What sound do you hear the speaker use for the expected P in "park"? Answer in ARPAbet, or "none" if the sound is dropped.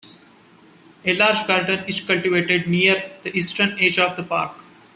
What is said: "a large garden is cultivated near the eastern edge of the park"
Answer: P